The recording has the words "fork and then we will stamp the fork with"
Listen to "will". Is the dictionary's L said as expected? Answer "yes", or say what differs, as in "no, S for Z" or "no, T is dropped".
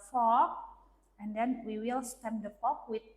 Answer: yes